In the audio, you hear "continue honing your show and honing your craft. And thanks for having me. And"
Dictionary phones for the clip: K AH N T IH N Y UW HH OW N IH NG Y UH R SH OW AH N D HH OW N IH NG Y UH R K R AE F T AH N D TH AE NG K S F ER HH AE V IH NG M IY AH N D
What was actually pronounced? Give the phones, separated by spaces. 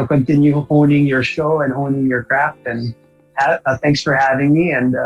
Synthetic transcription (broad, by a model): K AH N T IH N Y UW HH OW N IH NG Y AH R SH OW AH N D HH OW N IH NG Y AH R K R AE F T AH N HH TH AE NG K S F ER HH AE V IH NG M IY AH N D